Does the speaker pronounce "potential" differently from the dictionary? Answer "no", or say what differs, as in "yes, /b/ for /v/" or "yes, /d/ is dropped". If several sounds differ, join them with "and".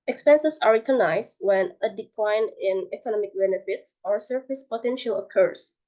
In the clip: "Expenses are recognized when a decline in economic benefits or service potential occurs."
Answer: no